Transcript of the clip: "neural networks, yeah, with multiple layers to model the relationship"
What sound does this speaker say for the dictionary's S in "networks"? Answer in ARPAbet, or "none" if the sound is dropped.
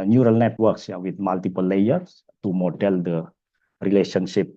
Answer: S